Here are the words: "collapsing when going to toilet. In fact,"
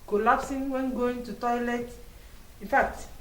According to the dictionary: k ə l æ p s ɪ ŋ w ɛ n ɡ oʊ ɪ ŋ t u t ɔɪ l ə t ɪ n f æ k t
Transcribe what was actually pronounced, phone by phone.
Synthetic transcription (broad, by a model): k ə l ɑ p s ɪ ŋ w ɛ n ɡ oʊ ɪ ŋ t u t ɔɪ l ə t ɪ n f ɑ k t